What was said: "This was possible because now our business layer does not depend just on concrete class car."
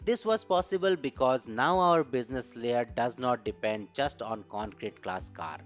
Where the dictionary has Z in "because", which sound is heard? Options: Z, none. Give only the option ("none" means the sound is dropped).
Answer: Z